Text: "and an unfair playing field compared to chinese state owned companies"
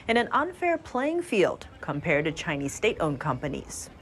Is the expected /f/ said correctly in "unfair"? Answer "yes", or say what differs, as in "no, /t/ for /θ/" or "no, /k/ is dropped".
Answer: yes